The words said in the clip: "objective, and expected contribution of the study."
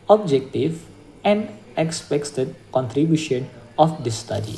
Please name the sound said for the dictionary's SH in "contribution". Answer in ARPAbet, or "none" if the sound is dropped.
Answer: SH